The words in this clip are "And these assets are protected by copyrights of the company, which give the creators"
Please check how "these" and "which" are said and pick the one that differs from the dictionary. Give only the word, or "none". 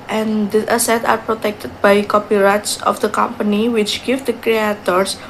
these